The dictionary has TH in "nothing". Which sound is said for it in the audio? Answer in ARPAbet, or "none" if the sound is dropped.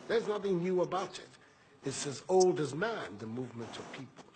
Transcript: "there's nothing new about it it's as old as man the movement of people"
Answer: TH